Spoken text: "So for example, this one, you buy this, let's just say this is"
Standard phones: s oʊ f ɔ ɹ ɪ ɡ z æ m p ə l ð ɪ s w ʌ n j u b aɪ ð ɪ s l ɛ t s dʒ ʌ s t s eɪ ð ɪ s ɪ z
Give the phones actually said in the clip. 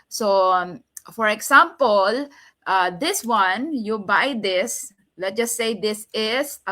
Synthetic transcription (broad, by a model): s oʊ f ɔ ɹ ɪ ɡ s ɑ m p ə l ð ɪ s w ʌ n j u b aɪ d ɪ s l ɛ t dʒ ʌ s t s eɪ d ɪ s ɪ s